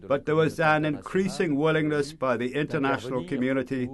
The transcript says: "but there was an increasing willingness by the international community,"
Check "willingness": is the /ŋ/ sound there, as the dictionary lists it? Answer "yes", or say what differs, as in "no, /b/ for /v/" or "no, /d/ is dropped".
yes